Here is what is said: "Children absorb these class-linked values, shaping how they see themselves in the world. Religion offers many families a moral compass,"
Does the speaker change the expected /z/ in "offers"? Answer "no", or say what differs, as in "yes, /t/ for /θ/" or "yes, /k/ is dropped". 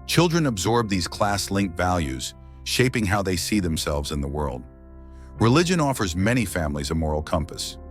no